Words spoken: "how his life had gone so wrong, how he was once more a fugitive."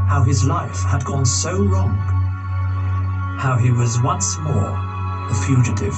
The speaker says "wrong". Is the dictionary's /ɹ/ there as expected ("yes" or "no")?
no